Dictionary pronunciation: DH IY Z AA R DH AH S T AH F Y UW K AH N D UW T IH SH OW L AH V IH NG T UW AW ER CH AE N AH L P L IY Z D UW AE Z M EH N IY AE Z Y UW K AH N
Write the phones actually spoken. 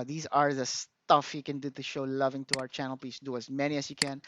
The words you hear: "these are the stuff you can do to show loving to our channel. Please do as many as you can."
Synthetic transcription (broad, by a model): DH IY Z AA R DH AH S T AH F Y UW K AH N D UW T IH SH OW L AH V IH NG T UW AW ER CH AE N AH L P IY S D UW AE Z M EH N IY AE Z Y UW K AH N